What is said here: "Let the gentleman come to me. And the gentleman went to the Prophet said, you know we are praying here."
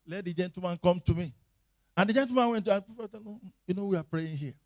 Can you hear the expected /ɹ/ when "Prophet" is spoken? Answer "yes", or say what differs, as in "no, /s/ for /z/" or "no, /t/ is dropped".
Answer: no, /ɹ/ is dropped